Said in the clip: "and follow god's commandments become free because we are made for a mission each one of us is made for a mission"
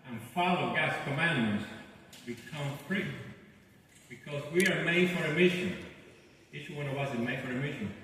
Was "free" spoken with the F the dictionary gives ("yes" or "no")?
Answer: no